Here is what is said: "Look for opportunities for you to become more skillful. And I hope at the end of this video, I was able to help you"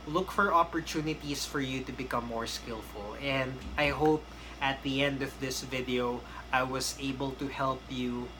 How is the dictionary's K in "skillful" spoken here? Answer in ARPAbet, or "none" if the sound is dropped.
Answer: K